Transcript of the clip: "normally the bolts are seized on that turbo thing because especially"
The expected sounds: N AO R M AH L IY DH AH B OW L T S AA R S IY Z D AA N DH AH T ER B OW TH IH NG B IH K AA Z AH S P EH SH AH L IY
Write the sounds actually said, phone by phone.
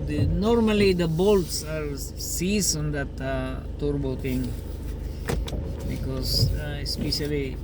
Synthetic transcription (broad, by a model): N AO R M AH L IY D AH B OW L T S AA R S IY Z AA N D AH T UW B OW T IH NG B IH K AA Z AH S P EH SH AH L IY